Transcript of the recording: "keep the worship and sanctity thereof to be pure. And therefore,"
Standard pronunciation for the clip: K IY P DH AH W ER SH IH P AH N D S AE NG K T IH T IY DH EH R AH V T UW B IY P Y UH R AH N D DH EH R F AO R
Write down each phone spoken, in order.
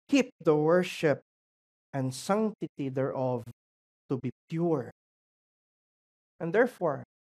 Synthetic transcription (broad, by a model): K IY P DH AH W ER SH IH P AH N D S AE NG T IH T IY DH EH R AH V T UW B IY P Y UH R AH N D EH R F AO R